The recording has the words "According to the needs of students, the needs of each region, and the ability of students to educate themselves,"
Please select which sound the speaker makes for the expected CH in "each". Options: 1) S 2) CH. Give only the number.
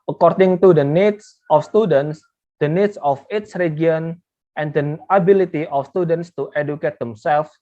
1